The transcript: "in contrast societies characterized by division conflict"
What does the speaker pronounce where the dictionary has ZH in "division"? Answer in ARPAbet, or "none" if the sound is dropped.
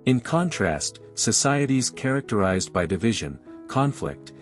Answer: ZH